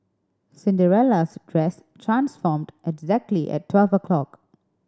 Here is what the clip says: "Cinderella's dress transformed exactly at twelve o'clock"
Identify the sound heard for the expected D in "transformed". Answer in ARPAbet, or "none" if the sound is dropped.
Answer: D